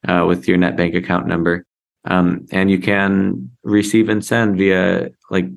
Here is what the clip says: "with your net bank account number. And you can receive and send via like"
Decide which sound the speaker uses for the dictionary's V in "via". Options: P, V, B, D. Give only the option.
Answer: V